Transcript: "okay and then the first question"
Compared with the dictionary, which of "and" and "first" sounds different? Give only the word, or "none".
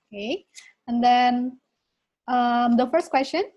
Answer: none